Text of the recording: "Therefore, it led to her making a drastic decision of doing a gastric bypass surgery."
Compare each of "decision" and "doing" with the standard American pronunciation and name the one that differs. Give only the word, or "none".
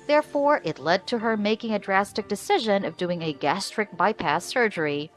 none